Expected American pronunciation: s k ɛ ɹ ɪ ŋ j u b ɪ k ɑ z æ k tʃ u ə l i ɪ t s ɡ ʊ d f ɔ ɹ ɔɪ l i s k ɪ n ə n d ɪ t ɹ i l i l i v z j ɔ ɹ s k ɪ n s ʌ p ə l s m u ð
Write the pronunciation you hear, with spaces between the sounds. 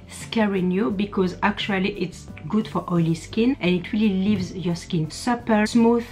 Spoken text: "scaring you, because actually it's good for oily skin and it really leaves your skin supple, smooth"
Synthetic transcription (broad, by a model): s k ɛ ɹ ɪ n j u b ɪ k ɑ z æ k tʃ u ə l i ɪ t s ɡ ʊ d f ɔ ɹ ɔɪ l i s k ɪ n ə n ɪ t ɹ i l i l i v z j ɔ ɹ s k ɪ n s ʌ p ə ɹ s m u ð